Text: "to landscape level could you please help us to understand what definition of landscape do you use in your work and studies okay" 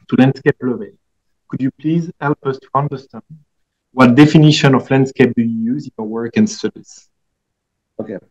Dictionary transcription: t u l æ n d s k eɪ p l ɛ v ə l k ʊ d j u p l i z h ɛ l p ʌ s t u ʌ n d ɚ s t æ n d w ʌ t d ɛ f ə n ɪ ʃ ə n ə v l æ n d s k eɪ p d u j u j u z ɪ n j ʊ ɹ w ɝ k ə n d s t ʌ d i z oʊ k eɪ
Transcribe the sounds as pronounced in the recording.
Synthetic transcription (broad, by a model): t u l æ n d s k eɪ p l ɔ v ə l k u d j u p l i z h ɛ l p ʌ s t u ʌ n d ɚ s t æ n d w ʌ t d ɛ f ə n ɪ ʃ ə n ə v l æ n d s k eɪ p d u j u j u z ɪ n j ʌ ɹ w ɝ k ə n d s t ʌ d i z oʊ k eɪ